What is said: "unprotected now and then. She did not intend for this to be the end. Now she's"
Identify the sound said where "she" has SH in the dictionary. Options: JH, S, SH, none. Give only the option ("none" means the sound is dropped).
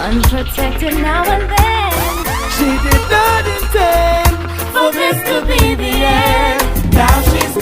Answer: SH